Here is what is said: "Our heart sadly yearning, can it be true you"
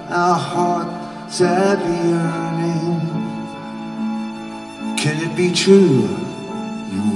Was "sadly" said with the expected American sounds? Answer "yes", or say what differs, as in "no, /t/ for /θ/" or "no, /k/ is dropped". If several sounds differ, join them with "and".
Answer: no, /l/ is dropped